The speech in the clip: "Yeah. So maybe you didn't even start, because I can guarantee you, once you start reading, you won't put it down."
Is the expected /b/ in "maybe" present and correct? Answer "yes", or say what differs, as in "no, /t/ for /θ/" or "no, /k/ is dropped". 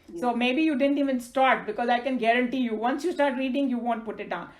yes